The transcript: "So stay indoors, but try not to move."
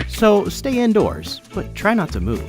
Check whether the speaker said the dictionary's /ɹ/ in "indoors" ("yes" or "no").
yes